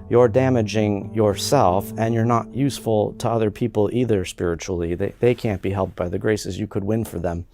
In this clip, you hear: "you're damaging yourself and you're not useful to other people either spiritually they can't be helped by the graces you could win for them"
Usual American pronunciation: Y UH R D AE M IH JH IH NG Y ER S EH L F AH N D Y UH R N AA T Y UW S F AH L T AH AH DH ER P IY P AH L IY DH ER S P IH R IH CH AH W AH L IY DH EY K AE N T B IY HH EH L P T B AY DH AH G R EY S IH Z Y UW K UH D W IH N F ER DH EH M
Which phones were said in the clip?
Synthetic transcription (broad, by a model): Y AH R D AE M IH JH IH NG Y ER S EH L F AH N Y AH R N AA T Y UW S F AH L T AH AH DH ER P IY P L IY DH ER S P IH R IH CH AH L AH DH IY DH EY K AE N B IY HH EH L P B AY DH AH G R EY S IH Z Y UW K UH D W IH N F ER DH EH M